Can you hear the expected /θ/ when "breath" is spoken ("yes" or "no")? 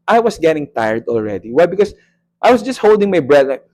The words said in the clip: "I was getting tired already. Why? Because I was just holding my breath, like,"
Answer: no